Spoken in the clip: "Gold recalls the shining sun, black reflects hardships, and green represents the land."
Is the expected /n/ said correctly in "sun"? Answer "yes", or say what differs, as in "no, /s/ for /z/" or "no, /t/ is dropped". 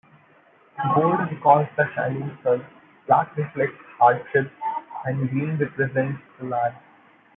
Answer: no, /l/ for /n/